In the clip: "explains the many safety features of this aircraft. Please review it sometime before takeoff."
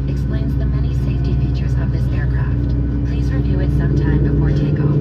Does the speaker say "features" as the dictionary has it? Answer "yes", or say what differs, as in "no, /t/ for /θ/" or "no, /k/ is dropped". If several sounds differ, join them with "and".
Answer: yes